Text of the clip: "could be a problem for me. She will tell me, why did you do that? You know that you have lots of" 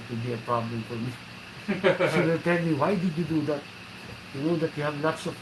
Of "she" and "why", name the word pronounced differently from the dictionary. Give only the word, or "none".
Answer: she